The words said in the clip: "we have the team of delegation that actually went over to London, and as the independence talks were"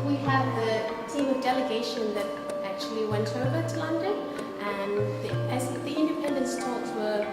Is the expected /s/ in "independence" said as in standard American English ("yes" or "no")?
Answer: yes